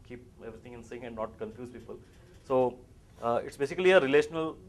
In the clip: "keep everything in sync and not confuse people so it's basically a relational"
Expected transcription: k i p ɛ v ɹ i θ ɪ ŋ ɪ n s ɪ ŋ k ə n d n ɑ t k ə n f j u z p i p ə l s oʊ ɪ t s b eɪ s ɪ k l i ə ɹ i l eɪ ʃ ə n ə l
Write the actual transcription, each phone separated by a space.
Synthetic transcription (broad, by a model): k i p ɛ v ɹ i t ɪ ŋ ɪ n s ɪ ŋ ə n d n ɑ t k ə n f j u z p i p ə l s oʊ ɪ t s b eɪ s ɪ k l i ə ɹ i l eɪ ʃ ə n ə l